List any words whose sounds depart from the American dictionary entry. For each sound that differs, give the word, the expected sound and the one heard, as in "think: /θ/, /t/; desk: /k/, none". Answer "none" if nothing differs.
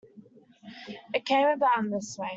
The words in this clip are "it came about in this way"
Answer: about: /t/, none